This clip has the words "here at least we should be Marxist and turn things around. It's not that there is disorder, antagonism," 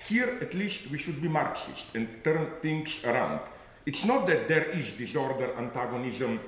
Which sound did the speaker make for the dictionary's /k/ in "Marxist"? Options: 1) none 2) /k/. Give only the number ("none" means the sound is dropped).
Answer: 2